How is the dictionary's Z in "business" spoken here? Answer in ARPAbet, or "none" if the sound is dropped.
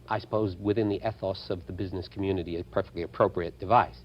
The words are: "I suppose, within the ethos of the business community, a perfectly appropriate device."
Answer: Z